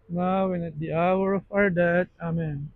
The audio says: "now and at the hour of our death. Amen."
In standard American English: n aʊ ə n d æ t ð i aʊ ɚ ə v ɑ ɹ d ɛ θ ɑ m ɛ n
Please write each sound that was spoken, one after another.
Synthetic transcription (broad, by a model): n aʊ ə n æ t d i aʊ ɚ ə f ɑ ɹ d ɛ t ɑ m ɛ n